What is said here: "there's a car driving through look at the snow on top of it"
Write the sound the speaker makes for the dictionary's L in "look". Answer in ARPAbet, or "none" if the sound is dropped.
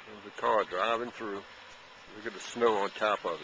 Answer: W